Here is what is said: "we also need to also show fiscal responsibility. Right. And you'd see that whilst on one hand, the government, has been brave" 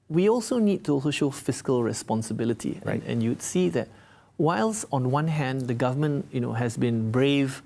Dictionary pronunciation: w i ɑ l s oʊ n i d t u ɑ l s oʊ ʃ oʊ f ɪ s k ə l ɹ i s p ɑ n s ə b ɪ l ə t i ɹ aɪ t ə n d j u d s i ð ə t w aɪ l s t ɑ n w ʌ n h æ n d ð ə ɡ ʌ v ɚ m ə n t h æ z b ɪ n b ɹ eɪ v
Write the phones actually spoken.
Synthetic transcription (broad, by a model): w i ɑ l s oʊ n i d t u ɑ l s oʊ ʃ oʊ f ɪ s k ə l ɹ i s p ɑ n s ə b ɪ l ə t i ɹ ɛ ə n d j u d s i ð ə t w aɪ l s ɑ n w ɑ n h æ n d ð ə ɡ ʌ v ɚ m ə n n h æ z b ɪ n b ɹ eɪ v